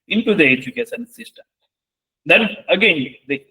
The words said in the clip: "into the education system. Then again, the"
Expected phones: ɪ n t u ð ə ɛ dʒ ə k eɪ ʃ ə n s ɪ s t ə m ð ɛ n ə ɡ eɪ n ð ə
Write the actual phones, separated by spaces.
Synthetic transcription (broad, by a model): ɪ n t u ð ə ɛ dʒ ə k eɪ s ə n s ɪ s t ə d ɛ n ə ɡ eɪ n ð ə